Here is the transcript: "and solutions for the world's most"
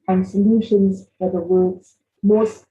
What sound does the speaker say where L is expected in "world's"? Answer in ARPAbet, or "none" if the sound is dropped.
none